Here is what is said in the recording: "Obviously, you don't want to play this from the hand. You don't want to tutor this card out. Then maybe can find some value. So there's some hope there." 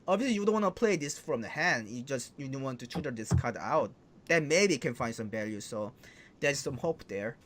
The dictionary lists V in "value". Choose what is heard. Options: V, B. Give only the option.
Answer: V